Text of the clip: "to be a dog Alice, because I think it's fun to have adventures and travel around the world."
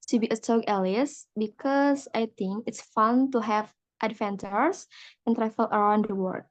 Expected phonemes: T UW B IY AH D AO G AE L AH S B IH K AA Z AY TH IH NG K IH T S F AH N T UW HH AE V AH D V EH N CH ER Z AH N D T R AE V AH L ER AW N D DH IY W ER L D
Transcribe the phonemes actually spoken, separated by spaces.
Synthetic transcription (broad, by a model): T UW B IY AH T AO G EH L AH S B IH K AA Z AY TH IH NG K IH T S F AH N T UW HH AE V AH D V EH N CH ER S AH N T R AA F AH L ER AW N D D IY W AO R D